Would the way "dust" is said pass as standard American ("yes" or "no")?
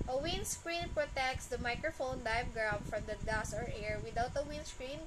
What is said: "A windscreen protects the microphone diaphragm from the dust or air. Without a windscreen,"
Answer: no